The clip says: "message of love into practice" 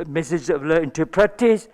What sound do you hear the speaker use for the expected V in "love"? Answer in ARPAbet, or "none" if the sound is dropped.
none